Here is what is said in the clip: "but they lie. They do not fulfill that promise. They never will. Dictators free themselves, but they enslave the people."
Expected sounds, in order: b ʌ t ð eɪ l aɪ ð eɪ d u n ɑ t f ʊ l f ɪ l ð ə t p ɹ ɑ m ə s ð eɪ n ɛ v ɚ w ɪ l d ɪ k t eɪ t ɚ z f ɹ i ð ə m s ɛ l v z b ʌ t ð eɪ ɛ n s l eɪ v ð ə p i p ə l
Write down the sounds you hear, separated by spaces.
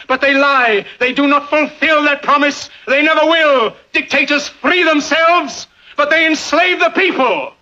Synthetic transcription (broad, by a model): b ʌ t ð eɪ l aɪ ð eɪ d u n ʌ t f ʊ l f ɪ l ð ə t p ɹ ɑ m ə s ð eɪ n ɛ v ɚ w ɪ l d ɪ k t eɪ t ɚ z f ɹ i ð ə m s ɛ l v z b ʌ t ð eɪ ɛ n s l eɪ v ð ə p i p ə l